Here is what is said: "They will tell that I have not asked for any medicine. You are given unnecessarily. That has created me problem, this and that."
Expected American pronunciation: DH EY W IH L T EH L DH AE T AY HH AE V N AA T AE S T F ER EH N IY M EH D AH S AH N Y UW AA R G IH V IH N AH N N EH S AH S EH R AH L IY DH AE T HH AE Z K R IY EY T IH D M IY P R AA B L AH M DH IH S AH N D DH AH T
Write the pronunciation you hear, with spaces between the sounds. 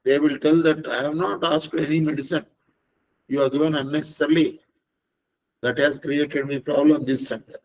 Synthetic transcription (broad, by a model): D EY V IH L T EH L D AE T AY HH AE V N AA T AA S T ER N IY M EH D AH S AH N Y UW AA R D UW IH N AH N N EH S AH S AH R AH L IY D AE T HH AE Z K R IY EY T IH D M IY P R AA B L AH M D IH S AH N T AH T